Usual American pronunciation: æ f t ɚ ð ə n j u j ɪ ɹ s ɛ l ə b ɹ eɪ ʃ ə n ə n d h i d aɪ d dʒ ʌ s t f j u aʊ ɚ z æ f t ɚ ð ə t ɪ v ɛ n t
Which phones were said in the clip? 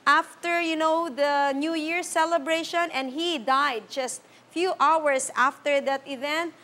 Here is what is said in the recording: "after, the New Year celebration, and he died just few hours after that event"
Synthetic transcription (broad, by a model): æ f t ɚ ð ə n j u j ɪ ɹ s ɛ l ə b ɹ eɪ ʃ ə n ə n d h i d aɪ d dʒ ʌ s t f j u aʊ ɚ s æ f t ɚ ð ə t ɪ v ɛ n t